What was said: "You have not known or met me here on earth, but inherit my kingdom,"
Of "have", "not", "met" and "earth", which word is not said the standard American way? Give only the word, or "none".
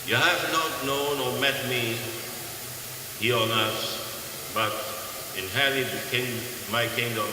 earth